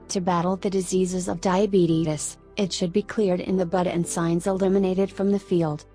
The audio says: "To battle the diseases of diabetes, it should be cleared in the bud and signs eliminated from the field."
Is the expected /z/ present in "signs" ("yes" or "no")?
yes